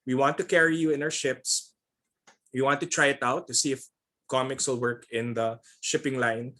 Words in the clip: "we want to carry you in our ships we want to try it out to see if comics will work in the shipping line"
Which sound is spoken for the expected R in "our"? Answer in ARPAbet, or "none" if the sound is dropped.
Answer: W